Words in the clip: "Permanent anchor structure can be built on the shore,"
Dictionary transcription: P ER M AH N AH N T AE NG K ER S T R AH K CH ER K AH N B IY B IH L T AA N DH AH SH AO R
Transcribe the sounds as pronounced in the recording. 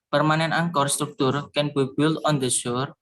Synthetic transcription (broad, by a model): P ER M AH N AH N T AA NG K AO S T R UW K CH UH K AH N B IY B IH L AA N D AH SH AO R